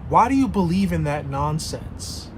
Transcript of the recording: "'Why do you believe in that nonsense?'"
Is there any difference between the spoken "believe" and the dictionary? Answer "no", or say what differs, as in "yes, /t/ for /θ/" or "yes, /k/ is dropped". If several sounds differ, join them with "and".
no